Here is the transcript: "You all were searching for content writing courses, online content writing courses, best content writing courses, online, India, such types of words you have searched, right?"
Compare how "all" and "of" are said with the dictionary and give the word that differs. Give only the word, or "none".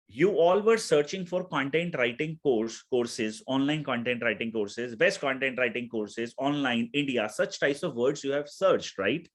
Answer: none